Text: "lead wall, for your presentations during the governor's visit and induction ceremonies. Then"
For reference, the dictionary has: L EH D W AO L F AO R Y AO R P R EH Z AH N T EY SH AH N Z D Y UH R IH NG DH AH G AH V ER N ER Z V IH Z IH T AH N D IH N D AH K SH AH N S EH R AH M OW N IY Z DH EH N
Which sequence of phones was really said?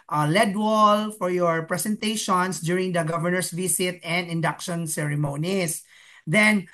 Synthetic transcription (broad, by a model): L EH D W AO L F AO R Y AO R P R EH S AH N T EY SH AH N S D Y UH R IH NG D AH G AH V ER N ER S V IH S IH T AH N D IH N D AH K SH AH N S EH R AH M OW N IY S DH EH N